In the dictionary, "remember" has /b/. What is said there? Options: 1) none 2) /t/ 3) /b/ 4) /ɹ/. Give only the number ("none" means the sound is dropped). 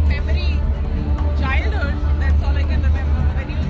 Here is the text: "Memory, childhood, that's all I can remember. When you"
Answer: 1